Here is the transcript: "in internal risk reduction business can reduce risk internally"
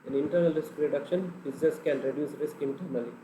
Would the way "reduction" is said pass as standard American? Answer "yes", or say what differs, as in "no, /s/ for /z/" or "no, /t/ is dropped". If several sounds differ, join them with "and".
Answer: yes